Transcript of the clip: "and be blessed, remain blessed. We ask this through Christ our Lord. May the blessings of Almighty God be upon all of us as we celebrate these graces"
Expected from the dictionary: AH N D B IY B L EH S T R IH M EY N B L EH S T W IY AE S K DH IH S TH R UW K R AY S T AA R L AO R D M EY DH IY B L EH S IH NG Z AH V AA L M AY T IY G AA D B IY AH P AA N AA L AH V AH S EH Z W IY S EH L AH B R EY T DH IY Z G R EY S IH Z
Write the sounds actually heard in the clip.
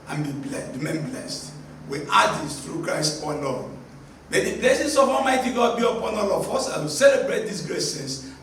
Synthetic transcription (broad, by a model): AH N B IY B L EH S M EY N B L EH S T W IY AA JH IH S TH R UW K R AY S T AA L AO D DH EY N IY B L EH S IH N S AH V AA M AY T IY G AA D B IY AH P AA N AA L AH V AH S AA W IY S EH L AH B R EY T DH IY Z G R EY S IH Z